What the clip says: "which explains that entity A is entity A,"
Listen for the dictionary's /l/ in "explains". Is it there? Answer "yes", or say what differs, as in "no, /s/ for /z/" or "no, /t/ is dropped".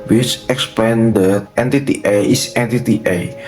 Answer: no, /l/ is dropped